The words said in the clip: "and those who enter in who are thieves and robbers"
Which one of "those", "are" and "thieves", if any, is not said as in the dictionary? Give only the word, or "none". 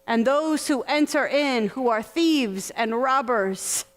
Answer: none